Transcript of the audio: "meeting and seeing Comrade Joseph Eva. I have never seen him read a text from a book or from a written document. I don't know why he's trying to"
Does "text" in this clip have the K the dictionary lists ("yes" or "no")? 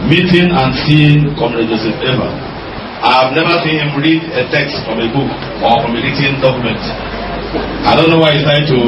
yes